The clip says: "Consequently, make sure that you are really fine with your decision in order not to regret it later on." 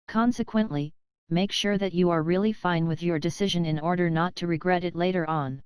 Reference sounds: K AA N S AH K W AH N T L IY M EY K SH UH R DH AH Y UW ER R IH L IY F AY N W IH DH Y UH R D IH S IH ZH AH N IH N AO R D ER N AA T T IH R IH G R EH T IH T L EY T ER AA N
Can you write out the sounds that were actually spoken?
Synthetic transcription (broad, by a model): K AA N S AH K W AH N T L IY M EY K SH UH R DH AH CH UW ER R IH L IY F AY N W IH DH Y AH R D IH S IH ZH AH N IH N AO R D ER N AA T T IH R IH G R EH T IH T L EY T ER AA N